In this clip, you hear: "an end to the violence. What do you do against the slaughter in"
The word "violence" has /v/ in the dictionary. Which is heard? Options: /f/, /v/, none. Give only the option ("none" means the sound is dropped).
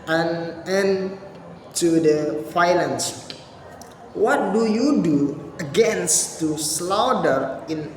/f/